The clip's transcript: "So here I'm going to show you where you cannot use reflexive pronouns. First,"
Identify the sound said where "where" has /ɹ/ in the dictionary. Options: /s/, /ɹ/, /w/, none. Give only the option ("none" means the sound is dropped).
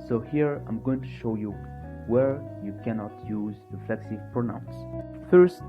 /ɹ/